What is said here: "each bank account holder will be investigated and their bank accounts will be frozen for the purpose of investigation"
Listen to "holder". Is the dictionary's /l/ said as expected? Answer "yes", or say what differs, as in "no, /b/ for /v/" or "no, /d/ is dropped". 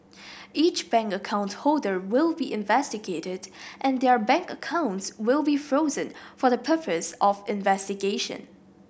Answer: yes